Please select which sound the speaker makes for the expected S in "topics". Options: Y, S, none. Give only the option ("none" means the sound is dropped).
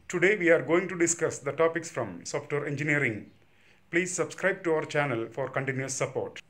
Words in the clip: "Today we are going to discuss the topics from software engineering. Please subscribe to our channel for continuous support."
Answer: S